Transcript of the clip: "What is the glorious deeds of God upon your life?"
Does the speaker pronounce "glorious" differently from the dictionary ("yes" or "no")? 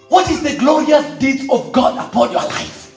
no